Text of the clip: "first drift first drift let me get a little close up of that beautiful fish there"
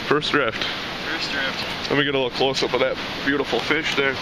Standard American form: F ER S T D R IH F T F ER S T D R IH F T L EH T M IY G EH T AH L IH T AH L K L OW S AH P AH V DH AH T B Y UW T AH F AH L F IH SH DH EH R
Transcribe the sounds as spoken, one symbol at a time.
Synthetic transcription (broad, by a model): F ER S D R IH F T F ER S D R IH F T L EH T M IY G EH T AH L IH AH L K L OW S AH B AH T DH AH T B Y UW T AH F L F IH SH DH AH R